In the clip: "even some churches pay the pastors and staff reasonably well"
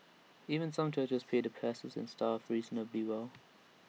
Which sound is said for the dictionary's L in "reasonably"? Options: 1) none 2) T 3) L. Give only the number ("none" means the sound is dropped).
1